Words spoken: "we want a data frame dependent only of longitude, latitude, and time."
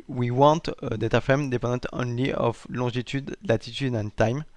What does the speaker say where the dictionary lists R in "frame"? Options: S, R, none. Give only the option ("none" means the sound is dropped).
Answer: none